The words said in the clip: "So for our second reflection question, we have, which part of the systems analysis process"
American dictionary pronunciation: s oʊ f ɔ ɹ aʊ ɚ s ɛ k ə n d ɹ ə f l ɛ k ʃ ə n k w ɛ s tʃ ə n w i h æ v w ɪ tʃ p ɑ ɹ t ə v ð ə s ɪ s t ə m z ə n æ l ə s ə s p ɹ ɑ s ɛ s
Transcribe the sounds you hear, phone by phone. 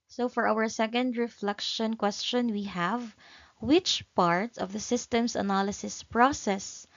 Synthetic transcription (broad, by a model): s oʊ f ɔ ɹ aʊ ɚ s ɛ k ə n d ɹ ə f l ɛ k ʃ ə n k w ɛ s tʃ ə n w i h æ v w ɪ tʃ p ɑ ɹ t ə v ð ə s ɪ s t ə m s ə n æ l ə s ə s p ɹ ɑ s ɛ s